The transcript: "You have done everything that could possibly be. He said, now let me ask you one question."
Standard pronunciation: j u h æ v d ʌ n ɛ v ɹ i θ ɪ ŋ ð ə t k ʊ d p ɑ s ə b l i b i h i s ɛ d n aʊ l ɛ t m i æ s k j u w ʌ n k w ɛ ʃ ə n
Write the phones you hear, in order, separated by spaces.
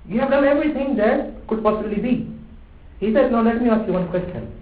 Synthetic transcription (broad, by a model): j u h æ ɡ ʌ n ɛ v ɹ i t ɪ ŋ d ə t k ʊ d p ɑ s ə b l i b i h i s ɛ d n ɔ l ɛ t m i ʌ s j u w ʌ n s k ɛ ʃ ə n